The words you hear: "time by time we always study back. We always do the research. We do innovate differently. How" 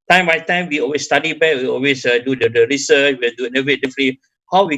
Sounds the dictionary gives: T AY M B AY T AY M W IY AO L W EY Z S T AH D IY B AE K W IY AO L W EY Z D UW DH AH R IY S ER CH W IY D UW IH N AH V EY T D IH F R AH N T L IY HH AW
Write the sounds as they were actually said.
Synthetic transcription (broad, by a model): T AY M B AY T AY M W IY AO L W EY S T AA D IY B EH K W IY AO L W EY S D UW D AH R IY S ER CH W IY D UW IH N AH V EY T D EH F AH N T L IY HH AW